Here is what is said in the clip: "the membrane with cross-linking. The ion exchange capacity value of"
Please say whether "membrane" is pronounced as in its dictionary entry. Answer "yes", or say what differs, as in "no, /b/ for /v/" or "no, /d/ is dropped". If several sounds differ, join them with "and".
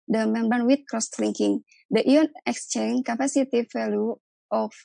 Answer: no, /ɹ/ is dropped